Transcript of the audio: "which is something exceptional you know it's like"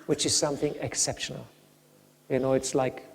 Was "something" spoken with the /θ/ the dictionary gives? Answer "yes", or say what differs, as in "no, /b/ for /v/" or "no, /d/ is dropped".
yes